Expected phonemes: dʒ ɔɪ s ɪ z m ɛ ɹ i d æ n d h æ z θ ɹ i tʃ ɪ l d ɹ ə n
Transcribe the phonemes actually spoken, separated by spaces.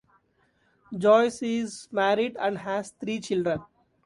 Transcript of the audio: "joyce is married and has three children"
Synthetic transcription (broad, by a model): dʒ ɔɪ s ɪ z m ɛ ɹ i d æ n d h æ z t ɹ i tʃ ɪ l d ɹ ə n